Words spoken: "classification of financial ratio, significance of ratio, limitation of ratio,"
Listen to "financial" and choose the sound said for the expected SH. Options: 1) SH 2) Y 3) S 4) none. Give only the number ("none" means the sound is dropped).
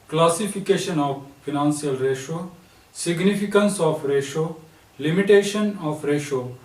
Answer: 3